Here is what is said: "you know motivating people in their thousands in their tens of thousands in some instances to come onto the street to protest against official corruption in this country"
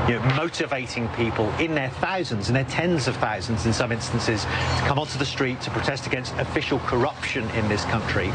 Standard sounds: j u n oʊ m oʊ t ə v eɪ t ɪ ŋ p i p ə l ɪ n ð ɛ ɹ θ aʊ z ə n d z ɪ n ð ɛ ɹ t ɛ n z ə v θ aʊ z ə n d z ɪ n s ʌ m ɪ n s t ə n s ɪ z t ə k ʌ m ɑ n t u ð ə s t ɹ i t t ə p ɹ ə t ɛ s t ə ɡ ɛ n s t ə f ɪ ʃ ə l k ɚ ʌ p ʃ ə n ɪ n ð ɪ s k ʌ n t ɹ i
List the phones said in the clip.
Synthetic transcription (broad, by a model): j n oʊ m oʊ t ə v eɪ t ɪ ŋ p i p ə l ɪ n ð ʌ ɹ θ aʊ z ə n d z ɪ n ð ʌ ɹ t ɛ n z ə v θ aʊ z ə n d z ɪ n s ʌ m ɪ n s t ə n s ɪ z t ə k ʌ m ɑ n t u ð ə s t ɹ i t t ə p ɹ ə t ɛ s t ə ɡ ɛ n s t ə f ɪ ʃ ə l k ɚ ʌ p ʃ ə n ɪ n ð ɪ s k ʌ n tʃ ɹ i